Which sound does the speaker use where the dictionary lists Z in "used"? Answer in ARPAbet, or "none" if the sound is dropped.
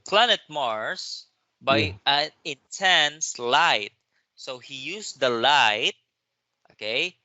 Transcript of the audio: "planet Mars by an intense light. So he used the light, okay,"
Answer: S